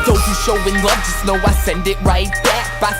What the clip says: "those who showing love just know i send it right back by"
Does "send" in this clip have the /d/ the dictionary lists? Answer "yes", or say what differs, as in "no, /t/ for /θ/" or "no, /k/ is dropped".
yes